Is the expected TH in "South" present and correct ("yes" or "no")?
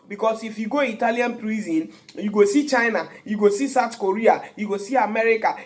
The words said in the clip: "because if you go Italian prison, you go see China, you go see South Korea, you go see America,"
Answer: no